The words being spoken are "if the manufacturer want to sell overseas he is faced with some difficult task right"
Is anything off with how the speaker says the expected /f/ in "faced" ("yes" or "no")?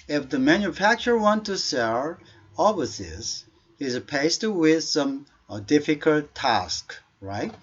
yes